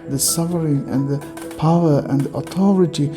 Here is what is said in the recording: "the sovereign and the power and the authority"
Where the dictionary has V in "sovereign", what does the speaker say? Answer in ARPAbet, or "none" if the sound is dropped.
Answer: F